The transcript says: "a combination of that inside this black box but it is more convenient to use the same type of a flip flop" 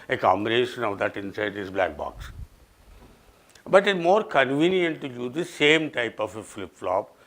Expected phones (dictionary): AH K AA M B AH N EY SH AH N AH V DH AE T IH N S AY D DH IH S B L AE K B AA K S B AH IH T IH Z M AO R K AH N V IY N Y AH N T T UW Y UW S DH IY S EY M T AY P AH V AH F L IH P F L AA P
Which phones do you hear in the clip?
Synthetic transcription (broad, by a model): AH K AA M AH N EY SH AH N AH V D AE T IH N S AY D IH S B L AE K B AA K S B AH T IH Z M AO R K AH N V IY N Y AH N T T UW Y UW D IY S EY M T AY P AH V AH F L IH P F L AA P